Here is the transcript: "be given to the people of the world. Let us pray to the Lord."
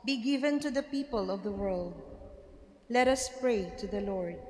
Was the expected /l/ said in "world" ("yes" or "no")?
yes